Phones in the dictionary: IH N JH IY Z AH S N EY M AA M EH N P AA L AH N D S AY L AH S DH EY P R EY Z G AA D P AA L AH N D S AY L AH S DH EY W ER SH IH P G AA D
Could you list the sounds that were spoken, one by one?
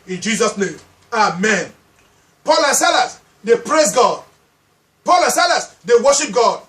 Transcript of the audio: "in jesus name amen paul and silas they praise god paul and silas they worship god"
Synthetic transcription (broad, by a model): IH N JH IY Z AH S N EY M AA M EH N P AA L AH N S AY L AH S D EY P R EY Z G AA D P AA L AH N S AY L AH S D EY W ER SH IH P G AA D